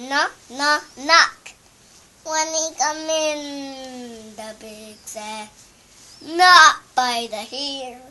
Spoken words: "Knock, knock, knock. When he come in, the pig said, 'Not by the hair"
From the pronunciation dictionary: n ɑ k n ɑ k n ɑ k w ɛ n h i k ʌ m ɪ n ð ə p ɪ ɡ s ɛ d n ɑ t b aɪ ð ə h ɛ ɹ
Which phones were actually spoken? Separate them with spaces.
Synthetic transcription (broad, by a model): n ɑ n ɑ n ɑ k w ɛ n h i k ʌ m ɪ n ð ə b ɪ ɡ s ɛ n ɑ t b aɪ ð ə h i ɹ